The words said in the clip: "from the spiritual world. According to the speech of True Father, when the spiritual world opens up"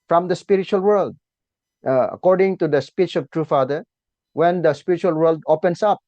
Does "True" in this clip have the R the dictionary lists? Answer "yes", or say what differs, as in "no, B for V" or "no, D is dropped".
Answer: yes